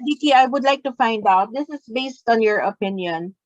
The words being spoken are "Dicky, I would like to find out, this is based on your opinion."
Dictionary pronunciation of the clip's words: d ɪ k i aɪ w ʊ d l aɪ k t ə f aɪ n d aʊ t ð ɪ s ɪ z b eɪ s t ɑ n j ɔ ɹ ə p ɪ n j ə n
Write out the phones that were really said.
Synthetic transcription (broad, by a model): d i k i aɪ w ʊ d l aɪ k t ə f aɪ n d aʊ t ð ɪ s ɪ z b eɪ s t ɑ n j ɔ ɹ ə p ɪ n j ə n